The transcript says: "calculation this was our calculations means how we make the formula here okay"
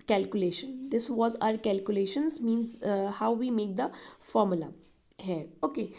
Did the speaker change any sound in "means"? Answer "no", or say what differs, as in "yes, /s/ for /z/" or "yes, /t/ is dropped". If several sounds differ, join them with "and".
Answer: no